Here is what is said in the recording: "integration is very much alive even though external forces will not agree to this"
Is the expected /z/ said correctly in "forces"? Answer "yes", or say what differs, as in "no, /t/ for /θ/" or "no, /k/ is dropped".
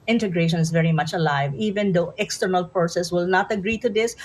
no, /s/ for /z/